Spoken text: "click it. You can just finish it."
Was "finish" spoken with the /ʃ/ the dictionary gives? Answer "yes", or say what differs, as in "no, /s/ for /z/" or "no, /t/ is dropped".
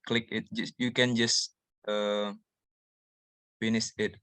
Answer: no, /s/ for /ʃ/